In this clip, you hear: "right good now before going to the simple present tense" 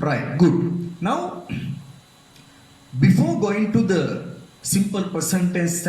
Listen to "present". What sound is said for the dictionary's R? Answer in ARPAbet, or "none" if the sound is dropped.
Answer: none